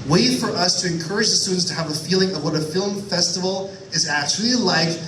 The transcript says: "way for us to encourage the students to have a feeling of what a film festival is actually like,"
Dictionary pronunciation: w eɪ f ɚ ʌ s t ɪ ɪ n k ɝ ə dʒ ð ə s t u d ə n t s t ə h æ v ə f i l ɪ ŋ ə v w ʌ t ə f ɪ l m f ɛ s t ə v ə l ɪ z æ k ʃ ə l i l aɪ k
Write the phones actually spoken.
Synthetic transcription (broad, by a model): w eɪ f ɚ ʌ s t ɪ ɪ n k ɝ ə dʒ ð ə s t u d n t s t ə v ə f i l ɪ ŋ ə v w ʌ t ə f ɪ l m f ɛ s t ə v l ɪ z æ k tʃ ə l i l aɪ k